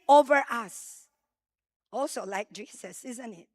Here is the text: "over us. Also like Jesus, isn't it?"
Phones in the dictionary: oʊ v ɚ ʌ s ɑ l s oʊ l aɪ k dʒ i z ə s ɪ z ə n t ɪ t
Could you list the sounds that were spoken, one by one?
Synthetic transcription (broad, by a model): oʊ v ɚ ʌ s ɑ l s oʊ l aɪ k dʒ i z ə s ɪ z ə n t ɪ t